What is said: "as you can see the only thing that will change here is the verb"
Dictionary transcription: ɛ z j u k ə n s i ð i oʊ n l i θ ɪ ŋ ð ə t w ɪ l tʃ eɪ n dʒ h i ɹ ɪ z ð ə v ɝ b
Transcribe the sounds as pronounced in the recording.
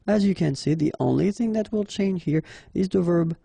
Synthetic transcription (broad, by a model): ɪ z j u k ə n s i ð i oʊ n l i θ ɪ ŋ ð ə t w ɪ l tʃ eɪ n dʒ h i ɹ ɪ z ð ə v ɝ b